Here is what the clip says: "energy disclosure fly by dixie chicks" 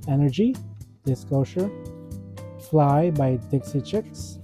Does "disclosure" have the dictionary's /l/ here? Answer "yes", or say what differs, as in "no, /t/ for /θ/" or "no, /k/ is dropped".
no, /l/ is dropped